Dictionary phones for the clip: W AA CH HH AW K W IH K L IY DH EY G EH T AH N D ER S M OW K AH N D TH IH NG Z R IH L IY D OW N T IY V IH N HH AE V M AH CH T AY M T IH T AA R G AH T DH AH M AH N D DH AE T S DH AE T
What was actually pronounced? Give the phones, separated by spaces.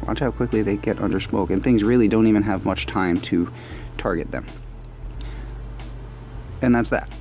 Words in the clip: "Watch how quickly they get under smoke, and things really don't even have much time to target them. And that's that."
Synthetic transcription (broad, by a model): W AA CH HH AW K W IH K L IY DH EY G EH T AH N D ER S M OW K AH N TH IH NG Z R IH L IY D OW N T IY V IH N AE V M AH CH T AY M T IH T AA R G AH T DH AH M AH N DH AE T S DH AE T